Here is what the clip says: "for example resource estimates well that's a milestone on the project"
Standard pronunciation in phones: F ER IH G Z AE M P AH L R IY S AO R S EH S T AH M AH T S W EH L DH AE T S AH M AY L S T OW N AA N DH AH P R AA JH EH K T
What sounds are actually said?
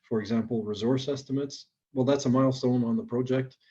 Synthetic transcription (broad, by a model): F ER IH G Z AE M P L R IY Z AO R S EH S T AH M AH T S W EH L DH AE T S AH M AY L S T OW N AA N DH AH P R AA JH EH K T